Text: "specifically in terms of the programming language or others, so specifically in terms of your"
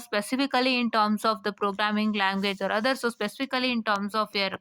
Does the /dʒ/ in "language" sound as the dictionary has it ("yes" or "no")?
yes